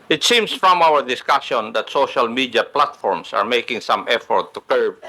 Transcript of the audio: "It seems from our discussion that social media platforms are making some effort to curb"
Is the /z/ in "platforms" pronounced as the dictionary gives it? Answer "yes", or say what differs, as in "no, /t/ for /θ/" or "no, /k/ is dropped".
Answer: no, /s/ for /z/